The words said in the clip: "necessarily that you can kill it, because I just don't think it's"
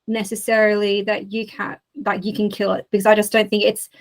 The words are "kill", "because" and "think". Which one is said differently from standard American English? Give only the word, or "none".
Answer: none